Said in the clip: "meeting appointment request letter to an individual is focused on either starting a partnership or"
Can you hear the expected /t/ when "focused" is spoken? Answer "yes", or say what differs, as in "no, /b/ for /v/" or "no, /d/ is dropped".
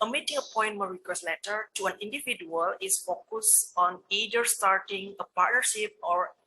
no, /t/ is dropped